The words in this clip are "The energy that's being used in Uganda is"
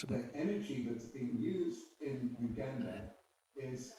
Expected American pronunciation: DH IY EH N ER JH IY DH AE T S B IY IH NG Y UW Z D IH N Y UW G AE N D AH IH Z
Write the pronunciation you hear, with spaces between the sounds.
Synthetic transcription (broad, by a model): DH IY EH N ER JH IY DH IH T S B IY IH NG Y UW Z D IH N Y UW G AE N D AH IH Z